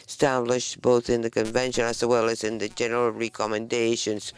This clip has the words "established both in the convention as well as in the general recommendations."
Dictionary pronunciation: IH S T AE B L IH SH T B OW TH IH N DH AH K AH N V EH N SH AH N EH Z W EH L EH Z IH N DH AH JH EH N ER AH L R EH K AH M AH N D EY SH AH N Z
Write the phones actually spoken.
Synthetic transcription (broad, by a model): S T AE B L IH SH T B OW TH IH N DH AH K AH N V EH N SH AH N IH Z W EH L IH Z IH N DH AH JH EH N ER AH L R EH K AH M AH N D EY SH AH N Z